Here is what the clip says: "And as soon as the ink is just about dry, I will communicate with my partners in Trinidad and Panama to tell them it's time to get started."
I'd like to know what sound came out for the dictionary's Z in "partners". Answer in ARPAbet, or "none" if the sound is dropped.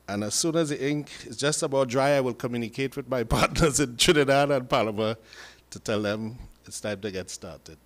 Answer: Z